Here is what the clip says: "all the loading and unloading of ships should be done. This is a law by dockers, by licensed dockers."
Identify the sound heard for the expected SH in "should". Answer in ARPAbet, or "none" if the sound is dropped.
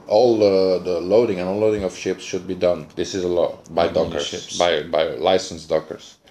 SH